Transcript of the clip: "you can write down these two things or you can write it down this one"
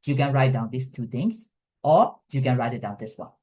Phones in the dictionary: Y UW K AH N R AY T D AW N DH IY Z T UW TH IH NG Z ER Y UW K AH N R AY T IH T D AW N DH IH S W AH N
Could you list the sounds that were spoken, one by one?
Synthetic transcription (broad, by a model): Y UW K AH N R AY T D AW N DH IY S T UW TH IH NG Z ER Y UW K AH N R AY T IH T D AW N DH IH S W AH N